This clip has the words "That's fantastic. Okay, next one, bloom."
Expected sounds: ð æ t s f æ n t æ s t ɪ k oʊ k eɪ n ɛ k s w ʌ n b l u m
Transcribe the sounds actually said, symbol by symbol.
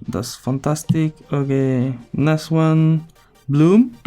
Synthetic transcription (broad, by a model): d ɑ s f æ n t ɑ s t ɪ k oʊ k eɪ n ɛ s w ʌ n b l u m